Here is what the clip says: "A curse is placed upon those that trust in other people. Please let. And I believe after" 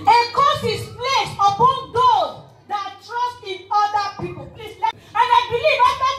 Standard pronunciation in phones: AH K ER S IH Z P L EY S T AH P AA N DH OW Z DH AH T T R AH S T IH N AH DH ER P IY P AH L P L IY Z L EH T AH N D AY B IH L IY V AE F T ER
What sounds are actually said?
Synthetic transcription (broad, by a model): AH K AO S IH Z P L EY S AH P AA N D OW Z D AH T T R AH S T IH N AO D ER P IY P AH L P L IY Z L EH AH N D AY B IH L IY V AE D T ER